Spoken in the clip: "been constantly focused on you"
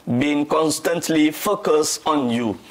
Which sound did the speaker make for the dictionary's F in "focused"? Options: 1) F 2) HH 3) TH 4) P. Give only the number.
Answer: 1